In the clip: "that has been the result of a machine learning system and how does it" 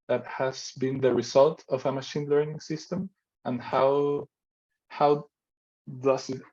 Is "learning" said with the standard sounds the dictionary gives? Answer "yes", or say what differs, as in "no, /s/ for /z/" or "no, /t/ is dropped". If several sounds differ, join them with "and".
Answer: yes